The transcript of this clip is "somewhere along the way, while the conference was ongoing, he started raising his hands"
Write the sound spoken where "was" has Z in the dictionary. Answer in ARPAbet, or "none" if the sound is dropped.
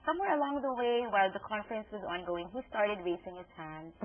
Z